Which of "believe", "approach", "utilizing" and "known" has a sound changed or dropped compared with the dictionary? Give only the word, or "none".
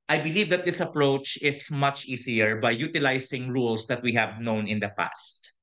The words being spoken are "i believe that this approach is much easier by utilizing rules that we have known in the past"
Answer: utilizing